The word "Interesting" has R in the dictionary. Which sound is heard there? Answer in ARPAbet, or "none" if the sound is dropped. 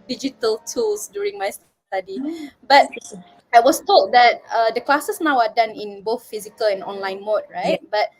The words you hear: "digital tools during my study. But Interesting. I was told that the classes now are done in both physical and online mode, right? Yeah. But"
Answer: none